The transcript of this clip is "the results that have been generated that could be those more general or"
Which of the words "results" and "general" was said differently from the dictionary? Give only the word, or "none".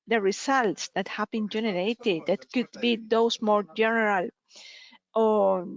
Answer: results